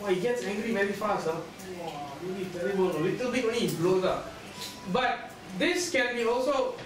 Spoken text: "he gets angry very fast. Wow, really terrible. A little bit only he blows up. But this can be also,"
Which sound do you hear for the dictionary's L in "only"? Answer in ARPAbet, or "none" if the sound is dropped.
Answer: none